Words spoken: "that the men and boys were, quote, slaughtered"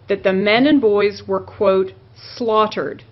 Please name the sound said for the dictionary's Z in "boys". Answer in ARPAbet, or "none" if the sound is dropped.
Z